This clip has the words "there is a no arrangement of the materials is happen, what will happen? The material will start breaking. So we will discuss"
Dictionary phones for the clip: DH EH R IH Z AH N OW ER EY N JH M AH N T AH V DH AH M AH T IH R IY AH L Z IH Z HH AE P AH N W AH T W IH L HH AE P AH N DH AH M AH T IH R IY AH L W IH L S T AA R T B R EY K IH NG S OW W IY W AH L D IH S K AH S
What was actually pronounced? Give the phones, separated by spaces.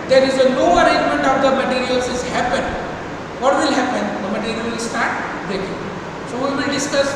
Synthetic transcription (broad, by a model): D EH R IH Z AH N OW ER EY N JH M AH N T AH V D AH M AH T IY R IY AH L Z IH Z HH AE P AH N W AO T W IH L HH AE P AH N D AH M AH T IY R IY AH L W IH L S T AA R T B EY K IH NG S OW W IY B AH D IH S K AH S